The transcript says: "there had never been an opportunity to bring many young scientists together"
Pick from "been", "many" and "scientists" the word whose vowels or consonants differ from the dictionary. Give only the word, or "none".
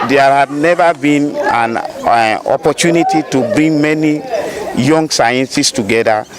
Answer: scientists